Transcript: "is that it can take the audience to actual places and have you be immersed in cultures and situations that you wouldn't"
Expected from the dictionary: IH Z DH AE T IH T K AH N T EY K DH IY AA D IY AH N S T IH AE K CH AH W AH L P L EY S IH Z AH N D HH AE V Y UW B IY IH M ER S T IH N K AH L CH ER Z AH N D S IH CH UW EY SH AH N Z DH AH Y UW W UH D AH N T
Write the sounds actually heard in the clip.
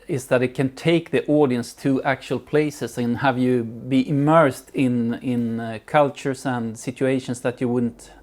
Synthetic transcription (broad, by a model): IH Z DH AE T IH T K AH N T EY K DH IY AA D IY AH N S T IH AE K CH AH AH L P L EY S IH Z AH N HH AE V Y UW B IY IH M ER S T IH N K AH L CH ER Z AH N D S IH CH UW EY SH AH N S DH AH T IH W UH D N T